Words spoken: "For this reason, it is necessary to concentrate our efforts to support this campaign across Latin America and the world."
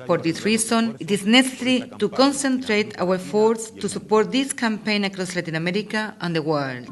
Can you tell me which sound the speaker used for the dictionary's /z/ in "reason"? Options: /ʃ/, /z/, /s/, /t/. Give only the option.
/s/